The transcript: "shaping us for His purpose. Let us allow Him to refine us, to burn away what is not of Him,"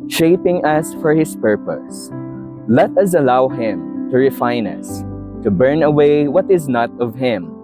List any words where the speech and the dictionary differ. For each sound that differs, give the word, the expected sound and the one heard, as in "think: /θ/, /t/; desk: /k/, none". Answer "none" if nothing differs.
his: /z/, /s/